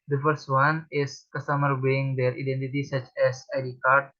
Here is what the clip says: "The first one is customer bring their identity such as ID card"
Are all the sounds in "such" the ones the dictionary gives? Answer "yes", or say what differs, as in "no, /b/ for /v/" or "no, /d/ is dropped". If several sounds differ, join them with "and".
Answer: yes